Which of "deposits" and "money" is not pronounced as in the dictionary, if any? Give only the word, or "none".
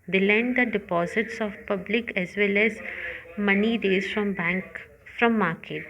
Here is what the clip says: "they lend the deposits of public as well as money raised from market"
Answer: none